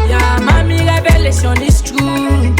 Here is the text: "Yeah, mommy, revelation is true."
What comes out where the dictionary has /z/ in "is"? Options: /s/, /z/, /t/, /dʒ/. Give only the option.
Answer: /s/